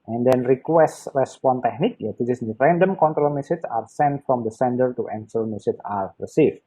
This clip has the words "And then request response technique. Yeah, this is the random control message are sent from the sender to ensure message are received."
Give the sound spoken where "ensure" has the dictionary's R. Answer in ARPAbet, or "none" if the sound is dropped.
L